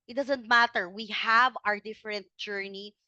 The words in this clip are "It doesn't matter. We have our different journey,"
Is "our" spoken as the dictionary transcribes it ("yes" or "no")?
yes